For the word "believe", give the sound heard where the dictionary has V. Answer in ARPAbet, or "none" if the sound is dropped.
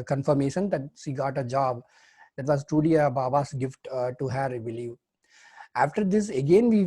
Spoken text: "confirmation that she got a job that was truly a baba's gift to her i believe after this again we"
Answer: none